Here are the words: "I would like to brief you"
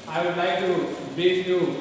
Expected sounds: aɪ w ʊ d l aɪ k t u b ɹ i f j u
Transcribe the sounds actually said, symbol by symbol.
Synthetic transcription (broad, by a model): aɪ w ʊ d l aɪ k t u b i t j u